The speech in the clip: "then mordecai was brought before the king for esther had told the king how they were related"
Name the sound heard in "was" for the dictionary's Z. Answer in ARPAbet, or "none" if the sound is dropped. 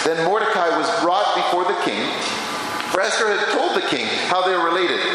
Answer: Z